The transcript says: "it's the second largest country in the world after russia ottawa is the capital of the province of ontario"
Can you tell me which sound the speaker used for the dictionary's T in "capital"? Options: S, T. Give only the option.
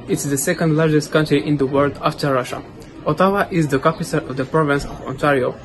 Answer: S